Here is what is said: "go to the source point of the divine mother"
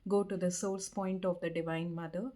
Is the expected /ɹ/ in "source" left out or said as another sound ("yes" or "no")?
yes